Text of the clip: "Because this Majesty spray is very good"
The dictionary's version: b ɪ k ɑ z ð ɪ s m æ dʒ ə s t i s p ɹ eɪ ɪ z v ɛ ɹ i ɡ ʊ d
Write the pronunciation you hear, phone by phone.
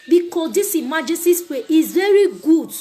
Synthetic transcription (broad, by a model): b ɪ k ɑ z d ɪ s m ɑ dʒ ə s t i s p eɪ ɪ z v ɛ ɹ i ɡ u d